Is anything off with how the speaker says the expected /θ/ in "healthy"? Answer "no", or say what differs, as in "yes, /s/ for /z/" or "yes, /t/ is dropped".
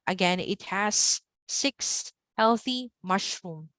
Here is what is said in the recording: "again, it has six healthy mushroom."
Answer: no